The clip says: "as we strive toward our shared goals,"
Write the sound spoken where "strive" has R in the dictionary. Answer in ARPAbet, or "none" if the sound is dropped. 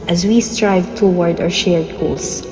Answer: R